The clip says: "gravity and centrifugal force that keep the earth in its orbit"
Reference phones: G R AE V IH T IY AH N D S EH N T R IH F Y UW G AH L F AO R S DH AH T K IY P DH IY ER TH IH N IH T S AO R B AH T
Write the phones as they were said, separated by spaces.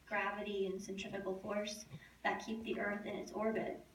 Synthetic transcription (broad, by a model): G R AE V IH T IY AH N S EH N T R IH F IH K L F AO R S DH AH T K IY P DH IY ER TH IH N IH T S AO R B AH T